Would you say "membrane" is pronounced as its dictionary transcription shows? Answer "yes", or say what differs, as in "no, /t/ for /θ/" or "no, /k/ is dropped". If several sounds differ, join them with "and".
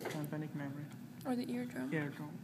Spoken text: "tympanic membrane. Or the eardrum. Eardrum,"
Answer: no, /n/ is dropped